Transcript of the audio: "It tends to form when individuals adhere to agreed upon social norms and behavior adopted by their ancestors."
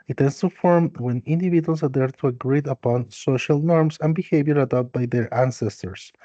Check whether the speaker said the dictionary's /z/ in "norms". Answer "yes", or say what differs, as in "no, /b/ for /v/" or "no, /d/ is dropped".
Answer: no, /s/ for /z/